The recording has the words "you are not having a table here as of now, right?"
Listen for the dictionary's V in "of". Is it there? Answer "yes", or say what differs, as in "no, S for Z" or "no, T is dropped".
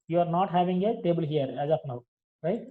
no, P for V